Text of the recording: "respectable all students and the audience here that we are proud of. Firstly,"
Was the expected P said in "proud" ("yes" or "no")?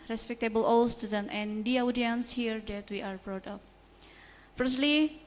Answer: no